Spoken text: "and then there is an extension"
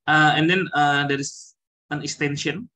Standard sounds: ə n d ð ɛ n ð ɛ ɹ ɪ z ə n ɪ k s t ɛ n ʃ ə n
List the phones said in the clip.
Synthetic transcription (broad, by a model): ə n d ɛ n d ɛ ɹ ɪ s ə n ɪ k s t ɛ n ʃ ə n